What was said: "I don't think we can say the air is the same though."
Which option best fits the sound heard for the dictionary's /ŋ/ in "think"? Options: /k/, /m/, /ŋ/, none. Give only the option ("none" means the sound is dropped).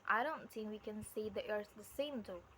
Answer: /ŋ/